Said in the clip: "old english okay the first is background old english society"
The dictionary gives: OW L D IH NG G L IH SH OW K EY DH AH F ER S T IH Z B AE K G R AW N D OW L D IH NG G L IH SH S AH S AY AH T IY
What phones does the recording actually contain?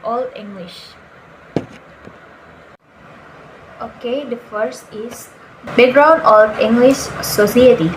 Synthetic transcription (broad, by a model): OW L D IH NG G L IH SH OW K EY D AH F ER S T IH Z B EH G R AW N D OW L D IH NG G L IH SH S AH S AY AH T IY